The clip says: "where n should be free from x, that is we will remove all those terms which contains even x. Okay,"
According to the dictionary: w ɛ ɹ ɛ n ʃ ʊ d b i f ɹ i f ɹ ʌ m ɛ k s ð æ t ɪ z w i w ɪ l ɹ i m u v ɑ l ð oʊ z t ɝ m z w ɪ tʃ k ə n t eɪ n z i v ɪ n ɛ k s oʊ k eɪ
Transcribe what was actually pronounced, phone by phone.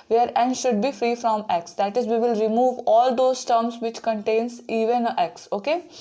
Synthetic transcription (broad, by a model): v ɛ ɹ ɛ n ʃ ʊ d b i f ɹ i f ɹ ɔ m ɛ k s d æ t ɪ z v i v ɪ l ɹ i m u v ɑ l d oʊ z t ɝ m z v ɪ tʃ k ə n t eɪ n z i v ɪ n ɛ k s oʊ k eɪ